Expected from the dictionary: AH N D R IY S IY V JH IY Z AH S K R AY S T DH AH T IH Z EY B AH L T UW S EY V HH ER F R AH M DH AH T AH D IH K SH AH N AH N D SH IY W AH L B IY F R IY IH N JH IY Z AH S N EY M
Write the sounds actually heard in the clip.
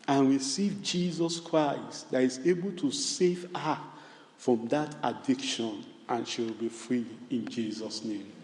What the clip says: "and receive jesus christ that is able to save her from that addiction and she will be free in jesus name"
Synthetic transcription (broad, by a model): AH N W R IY S IY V JH IY Z AH S K R AY S T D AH T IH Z EY B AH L T UW S EY V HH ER F R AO M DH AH T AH D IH K SH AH N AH N SH IY W AH L B IY F R IY IH N JH IY Z AH S N EY M